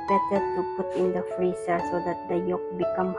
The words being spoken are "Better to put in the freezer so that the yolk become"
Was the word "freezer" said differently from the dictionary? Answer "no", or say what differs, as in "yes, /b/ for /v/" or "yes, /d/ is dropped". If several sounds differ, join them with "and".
yes, /s/ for /z/